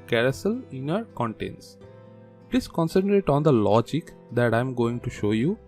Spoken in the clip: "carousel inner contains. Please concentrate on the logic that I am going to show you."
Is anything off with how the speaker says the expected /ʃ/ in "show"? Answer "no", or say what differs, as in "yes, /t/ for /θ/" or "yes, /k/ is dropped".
no